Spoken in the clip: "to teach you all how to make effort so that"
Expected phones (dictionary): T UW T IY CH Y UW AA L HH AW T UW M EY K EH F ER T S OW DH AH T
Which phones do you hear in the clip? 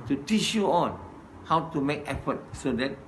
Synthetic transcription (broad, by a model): T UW T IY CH Y UW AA N HH AW T UW M EY K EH F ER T S OW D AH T